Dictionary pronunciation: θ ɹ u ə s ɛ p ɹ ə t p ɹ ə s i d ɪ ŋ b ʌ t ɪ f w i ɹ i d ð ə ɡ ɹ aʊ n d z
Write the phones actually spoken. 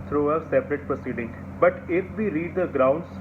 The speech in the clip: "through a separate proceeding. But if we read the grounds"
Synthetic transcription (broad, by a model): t ɹ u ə s ɛ p ɹ ə t p ɹ ə s i d ɪ ŋ b ʌ t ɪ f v i ɹ i d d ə ɡ ɹ aʊ n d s